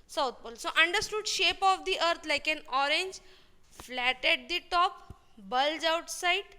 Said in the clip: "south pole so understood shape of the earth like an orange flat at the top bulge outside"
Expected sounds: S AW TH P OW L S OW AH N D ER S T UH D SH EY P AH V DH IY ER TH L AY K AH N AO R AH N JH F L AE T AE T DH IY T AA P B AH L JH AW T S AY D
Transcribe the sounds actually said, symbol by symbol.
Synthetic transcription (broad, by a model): S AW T P OW L S OW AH N D ER S T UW D SH EY P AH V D IY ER T L AY K AH N AO R AH N JH F L AE T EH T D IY T AA P B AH L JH AW T S AY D